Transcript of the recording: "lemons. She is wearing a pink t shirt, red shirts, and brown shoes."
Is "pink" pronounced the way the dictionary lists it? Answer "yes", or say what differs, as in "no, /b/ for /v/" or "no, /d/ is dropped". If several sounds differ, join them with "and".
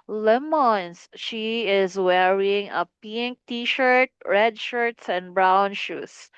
yes